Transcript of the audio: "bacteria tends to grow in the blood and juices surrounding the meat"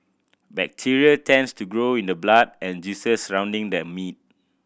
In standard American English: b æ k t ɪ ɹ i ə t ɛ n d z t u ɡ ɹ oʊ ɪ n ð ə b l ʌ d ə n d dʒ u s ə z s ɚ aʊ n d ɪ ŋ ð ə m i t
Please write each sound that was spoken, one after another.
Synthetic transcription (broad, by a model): b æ k t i ɹ i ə t ɛ n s t u ɡ ɹ oʊ ɪ n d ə b l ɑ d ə n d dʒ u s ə s ɚ aʊ n d ɪ ŋ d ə m i t